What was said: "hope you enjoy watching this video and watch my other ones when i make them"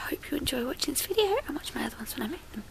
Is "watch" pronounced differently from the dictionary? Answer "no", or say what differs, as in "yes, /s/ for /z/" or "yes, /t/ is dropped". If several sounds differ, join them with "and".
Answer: no